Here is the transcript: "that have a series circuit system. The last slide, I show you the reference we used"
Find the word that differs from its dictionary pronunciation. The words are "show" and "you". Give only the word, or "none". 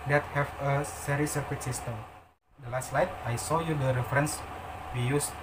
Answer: show